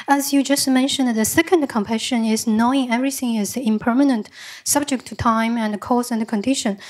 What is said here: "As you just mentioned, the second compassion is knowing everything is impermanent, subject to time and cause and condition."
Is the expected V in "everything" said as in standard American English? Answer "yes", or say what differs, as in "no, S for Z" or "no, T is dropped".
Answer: yes